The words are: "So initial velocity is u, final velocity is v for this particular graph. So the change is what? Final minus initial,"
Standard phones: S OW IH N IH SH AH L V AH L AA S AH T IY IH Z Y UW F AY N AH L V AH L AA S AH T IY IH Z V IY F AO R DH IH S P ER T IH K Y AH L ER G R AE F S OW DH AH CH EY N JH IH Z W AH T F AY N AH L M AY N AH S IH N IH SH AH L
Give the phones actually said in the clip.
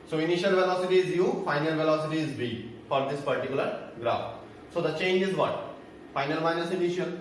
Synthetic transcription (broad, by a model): S OW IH N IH SH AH L V AH L AA S AH T IY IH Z Y UW F AY N AH L V AH L AA S AH T IY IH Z B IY F AO R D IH S P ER T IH K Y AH L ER G R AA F S OW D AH CH EY N JH IH Z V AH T F AY N AH L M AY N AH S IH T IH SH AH